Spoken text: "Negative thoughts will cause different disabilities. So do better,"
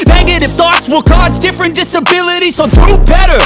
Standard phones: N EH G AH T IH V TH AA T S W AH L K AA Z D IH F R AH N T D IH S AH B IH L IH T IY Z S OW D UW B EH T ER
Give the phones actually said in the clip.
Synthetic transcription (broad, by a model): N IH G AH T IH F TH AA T S W AH L K AA Z D IH F R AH N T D IH S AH B IH L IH T IY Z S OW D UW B EH T ER